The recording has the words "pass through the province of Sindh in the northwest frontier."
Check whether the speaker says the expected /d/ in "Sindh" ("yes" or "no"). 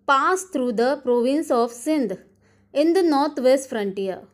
yes